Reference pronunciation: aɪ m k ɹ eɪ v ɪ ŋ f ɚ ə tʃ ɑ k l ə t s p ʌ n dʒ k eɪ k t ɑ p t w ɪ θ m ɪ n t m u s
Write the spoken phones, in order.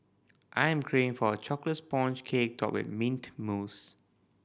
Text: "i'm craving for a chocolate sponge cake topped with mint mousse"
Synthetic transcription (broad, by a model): aɪ m k ɹ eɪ ɪ ŋ f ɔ ə tʃ ɑ k l ə t s p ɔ n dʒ k eɪ k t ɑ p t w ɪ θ m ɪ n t m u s